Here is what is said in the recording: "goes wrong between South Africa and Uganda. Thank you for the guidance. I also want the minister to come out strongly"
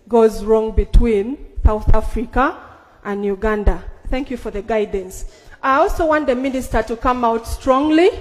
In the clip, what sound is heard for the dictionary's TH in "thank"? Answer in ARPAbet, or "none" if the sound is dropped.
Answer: TH